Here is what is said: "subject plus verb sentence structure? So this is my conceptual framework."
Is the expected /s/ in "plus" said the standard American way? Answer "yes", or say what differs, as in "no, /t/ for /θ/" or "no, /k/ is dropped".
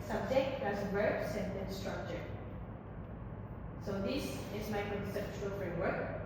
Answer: no, /s/ is dropped